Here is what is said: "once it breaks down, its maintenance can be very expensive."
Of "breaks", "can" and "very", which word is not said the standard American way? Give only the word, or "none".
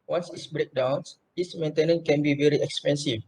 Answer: breaks